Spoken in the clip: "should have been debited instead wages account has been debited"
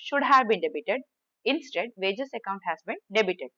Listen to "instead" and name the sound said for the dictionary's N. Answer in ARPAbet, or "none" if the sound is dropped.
N